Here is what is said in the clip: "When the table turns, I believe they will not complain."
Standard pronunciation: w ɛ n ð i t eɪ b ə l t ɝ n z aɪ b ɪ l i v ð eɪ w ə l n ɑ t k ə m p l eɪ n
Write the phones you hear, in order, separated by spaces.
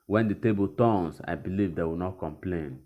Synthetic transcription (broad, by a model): w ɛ n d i t eɪ b ə l t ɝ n s aɪ b ɪ l i v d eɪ w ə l n ɑ t k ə m p l eɪ n